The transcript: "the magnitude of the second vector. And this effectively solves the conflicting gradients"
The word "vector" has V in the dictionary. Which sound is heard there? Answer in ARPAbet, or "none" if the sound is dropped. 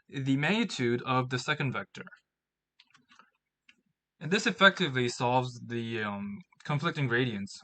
V